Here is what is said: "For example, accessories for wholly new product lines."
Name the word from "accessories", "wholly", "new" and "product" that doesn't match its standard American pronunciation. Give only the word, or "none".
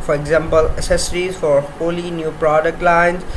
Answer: accessories